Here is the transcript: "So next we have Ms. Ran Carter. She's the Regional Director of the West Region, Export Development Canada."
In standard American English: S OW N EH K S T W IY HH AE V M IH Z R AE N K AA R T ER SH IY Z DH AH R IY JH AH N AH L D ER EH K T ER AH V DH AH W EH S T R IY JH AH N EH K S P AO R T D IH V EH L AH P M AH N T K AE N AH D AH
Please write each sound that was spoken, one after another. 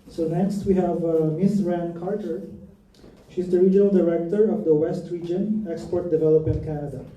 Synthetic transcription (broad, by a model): S OW N EH K S T W IY HH AE V M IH S R AE N K AA R T ER SH IY Z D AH R IY JH AH N AH L D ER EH K T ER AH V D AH W EH S T R IY JH AH N EH K S P AO R T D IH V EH L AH P AH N K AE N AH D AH